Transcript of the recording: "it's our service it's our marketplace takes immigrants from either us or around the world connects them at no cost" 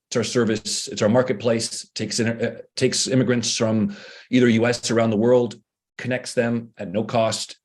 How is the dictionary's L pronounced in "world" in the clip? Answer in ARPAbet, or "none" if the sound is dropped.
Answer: L